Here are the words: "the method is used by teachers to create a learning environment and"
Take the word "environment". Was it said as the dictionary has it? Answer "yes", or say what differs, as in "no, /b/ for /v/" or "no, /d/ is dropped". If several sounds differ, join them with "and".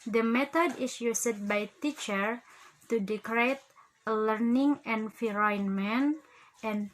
no, /f/ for /v/